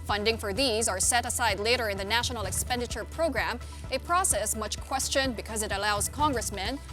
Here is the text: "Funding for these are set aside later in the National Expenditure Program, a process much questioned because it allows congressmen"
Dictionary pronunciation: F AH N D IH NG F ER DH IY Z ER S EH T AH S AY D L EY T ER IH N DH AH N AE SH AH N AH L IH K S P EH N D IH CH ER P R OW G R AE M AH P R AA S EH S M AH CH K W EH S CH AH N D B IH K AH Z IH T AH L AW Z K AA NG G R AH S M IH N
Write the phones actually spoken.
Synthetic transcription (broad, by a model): F AH N D IH NG F ER DH IY Z ER S EH T AH S AY D L EY T ER IH N DH AH N AE SH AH N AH L IH K S P EH N D IH CH ER P R OW G R AE M AH P R AA S EH S M AH CH K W EH S CH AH N B IH K AH Z IH T AH L AW Z K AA NG G R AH S M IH N